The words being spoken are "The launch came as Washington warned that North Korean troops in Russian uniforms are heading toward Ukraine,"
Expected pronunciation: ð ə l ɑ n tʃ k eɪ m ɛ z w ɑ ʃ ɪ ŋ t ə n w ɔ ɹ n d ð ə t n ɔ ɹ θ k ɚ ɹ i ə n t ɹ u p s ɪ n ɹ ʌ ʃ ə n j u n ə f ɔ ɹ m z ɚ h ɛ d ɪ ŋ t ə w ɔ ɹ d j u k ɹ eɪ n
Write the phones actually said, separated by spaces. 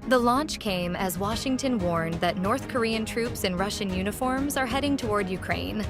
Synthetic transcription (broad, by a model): ð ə l ɑ n tʃ k eɪ m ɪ z w ɑ ʃ ɪ ŋ t ə n w ɔ ɹ n ð ə t n ɔ ɹ θ k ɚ ɹ i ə n t ɹ u p s ɪ n ɹ ʌ ʃ ə n j u n ə f ɔ ɹ m z ɚ h ɛ d ɪ ŋ t ə w ɔ ɹ d j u k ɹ eɪ n